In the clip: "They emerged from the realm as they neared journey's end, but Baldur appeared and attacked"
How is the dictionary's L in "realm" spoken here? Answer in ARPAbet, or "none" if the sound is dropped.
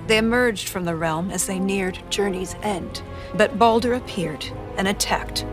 L